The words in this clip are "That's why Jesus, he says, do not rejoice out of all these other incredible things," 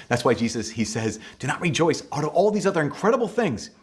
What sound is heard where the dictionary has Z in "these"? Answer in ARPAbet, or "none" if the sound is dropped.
Z